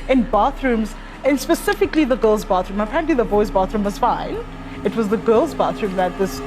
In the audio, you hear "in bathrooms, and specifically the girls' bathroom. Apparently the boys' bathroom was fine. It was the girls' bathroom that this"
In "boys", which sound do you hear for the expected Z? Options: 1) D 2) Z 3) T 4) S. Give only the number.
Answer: 2